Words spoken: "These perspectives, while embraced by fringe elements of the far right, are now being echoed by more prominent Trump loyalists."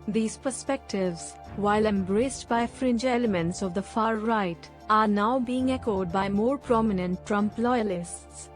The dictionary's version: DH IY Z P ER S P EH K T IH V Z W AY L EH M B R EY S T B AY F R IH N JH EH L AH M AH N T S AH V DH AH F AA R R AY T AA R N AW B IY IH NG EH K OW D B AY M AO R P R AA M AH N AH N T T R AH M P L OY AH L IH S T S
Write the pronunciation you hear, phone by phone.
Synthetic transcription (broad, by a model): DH IY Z P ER S P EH K T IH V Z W AY L EH M B R EY S T B AY F R IH N JH EH L AH M AH N T S AH V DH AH F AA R R AY T AA R N AW B IY IH NG EH K OW D B AY M AO R P R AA M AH N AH N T T R AH M P L OY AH L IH S T S